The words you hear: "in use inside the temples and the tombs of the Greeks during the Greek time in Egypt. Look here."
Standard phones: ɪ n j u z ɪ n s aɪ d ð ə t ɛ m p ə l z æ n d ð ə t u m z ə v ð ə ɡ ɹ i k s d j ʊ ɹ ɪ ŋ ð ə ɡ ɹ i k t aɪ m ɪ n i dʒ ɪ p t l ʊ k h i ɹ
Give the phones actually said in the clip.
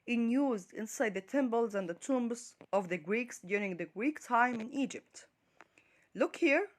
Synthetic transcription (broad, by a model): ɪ n j u z ɪ n s aɪ d ð ə t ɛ m b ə l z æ n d ð ə t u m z ə v ð ə ɡ ɹ i k s d j ʊ ɹ ɪ ŋ ð ə ɡ ɹ i k t aɪ m ɪ n i dʒ ɪ p t l ʊ k h i ɹ